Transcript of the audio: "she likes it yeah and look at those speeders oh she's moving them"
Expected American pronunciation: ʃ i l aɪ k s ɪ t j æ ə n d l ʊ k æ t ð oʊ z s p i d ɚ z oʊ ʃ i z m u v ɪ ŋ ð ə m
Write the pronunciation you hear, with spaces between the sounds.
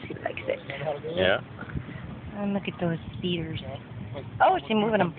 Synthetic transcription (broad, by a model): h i l aɪ k s ɪ t j æ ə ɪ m l ʊ k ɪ t ð oʊ z s p i d ɚ z oʊ s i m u w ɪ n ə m